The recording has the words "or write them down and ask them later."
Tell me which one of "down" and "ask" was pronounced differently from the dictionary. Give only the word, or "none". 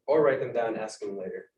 down